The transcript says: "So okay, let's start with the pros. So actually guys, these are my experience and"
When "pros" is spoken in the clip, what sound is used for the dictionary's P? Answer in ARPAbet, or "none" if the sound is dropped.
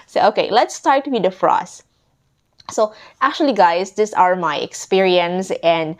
F